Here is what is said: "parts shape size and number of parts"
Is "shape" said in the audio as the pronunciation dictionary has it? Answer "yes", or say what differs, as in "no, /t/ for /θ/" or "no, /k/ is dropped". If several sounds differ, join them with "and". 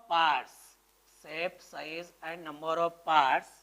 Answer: no, /s/ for /ʃ/